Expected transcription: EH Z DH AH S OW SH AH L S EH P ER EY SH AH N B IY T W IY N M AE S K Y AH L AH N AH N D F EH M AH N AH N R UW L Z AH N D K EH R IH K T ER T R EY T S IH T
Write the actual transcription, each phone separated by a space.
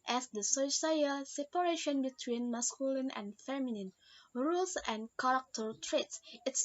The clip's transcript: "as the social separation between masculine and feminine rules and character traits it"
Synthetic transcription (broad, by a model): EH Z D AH S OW S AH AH S EH P ER EY SH AH N B IY T W IY N M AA S K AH L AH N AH N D F EH M AH N AH N R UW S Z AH N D K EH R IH K T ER T R EY T S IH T